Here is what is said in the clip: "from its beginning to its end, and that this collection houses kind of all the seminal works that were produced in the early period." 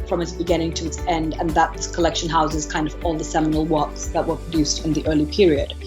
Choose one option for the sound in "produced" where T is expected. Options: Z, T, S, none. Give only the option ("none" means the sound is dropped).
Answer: T